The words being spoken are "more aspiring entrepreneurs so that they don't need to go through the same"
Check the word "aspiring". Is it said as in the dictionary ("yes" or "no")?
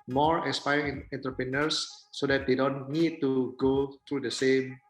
no